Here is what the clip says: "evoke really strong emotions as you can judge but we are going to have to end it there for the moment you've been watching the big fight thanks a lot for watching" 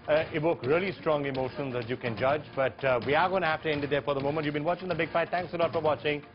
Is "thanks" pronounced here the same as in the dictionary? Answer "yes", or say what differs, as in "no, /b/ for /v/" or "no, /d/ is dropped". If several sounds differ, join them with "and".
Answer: no, /t/ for /θ/